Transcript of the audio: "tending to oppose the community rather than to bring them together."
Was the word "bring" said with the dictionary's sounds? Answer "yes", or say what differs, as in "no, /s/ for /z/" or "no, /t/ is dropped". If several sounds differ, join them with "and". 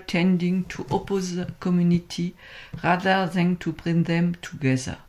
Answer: yes